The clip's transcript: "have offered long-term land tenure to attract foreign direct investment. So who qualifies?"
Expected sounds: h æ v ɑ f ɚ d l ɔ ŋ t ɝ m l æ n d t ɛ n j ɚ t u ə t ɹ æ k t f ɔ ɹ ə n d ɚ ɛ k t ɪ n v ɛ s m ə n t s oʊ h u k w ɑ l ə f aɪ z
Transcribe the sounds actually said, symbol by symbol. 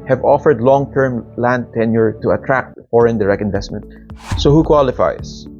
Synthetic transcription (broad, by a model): h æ v ɑ f ɚ d l ɔ ŋ t ɝ m l æ n d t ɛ n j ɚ t u ə t ɹ æ k t f ɔ ɹ ə n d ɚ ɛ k ɪ n v ɛ s m ə n t s oʊ h u k w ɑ l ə f aɪ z